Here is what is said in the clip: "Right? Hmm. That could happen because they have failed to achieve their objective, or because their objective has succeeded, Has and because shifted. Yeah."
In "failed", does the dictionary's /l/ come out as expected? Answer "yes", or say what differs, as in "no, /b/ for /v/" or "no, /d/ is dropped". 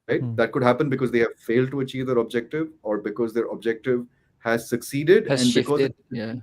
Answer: yes